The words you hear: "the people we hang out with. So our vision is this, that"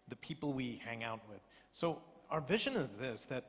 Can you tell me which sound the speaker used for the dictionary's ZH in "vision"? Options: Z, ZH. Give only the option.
ZH